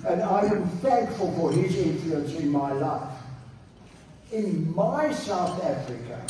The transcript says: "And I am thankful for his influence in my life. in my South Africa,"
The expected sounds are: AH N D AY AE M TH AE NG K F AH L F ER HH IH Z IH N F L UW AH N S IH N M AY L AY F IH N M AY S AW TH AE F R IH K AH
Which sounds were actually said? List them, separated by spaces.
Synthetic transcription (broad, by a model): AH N AY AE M TH AE NG K F AH L F ER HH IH Z IH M F L UW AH N S IH N M AY L AY F IH N M AY S AW TH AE F R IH K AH